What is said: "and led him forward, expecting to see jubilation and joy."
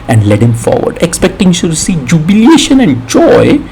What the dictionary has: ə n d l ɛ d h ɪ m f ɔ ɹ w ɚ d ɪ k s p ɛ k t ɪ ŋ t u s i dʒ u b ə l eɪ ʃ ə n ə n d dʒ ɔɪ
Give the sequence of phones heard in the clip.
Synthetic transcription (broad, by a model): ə n d l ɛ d h ɪ m f ɔ ɹ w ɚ d ɪ k s p ɛ k t ɪ ŋ s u s i dʒ u b ə l eɪ ʃ ə n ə n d dʒ ɔɪ